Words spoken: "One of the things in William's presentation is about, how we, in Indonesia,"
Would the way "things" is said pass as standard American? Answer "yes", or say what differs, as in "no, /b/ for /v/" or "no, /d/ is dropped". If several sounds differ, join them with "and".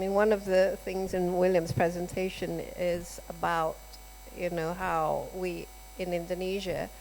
yes